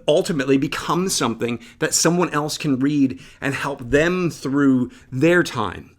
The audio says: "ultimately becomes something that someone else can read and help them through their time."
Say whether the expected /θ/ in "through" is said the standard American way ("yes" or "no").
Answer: yes